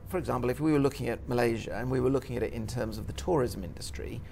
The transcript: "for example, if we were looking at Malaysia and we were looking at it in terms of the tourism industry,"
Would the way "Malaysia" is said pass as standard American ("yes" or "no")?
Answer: yes